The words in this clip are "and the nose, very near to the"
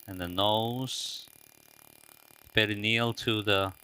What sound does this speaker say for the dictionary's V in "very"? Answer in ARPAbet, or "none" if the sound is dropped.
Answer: B